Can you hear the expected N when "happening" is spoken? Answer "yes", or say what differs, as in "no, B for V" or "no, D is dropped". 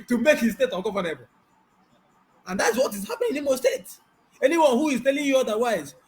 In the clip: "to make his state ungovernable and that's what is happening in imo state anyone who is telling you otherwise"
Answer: no, N is dropped